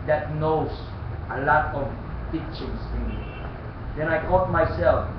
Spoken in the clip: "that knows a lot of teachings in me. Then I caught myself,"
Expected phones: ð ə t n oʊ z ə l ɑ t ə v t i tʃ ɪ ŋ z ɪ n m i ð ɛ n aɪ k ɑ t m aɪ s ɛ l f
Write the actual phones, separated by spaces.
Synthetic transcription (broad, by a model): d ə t n oʊ s ə l ɑ t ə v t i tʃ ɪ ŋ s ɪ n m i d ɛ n aɪ k ɑ t m aɪ s ɛ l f